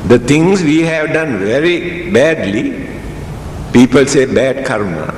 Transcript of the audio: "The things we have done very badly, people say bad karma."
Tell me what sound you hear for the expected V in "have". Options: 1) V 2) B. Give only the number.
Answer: 1